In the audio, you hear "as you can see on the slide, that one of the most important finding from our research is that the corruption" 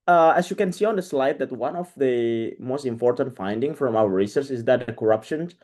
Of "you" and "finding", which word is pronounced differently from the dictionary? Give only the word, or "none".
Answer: none